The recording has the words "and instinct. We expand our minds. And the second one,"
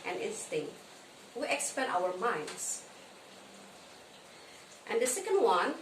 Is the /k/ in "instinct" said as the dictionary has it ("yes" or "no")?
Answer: yes